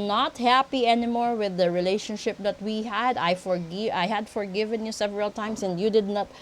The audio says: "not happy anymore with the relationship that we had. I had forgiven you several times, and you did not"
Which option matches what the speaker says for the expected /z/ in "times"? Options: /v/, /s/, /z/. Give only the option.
/s/